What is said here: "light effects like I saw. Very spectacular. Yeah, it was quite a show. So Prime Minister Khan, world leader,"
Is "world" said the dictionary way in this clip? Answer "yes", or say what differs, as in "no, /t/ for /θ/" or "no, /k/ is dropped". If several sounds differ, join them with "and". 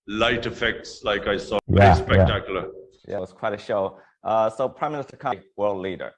yes